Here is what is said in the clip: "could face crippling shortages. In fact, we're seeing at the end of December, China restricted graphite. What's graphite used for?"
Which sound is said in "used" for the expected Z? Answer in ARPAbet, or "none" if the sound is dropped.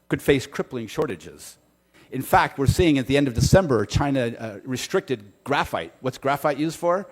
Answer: Z